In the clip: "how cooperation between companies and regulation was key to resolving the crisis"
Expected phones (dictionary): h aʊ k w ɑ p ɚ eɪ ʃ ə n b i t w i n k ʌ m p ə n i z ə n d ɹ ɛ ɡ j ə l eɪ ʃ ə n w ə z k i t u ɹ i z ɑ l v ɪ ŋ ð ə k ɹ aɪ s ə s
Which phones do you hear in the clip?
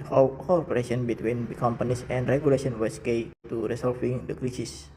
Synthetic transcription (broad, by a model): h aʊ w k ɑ p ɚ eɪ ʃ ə n b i t w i n k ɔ m p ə n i s ə n d ɹ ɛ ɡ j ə l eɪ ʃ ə n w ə s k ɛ t u ɹ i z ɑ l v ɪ ŋ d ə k ɹ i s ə s